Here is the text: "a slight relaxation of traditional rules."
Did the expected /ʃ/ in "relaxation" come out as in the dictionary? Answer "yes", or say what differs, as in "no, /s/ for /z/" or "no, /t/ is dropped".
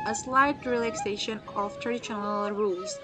yes